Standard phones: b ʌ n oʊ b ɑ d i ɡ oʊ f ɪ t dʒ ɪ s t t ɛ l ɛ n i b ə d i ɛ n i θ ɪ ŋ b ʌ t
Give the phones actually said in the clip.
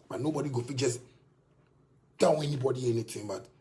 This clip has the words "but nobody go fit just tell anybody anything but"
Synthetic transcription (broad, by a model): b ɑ n oʊ b ɑ d i ɡ oʊ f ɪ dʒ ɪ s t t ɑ w ɛ n i b ə d i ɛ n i t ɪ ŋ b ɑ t